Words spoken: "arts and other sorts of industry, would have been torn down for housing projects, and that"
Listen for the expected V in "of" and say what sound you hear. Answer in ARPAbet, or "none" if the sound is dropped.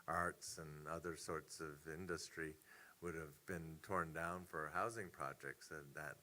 V